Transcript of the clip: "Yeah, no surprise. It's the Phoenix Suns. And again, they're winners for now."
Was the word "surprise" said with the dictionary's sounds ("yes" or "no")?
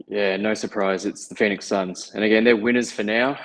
yes